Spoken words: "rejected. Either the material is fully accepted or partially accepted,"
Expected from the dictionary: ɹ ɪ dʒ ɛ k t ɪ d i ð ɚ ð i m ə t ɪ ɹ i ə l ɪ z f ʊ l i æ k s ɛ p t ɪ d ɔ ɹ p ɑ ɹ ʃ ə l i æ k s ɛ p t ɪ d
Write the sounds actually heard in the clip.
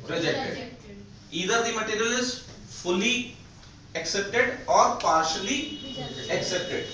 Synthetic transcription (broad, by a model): ɹ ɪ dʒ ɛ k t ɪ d i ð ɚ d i m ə t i ɹ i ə l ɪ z f ʊ l i æ k s ɛ p t ɪ d ɔ ɹ p ɑ ɹ ʃ ə l i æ k s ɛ p t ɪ d